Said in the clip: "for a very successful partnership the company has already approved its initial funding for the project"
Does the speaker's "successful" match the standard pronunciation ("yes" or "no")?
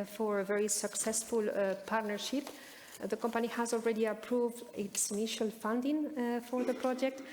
yes